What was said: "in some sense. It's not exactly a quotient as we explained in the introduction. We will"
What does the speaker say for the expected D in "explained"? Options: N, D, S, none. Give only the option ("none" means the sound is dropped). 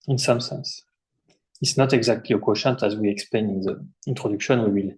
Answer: none